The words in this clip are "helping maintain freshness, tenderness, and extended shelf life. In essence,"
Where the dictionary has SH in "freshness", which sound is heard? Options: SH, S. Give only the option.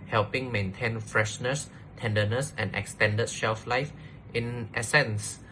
SH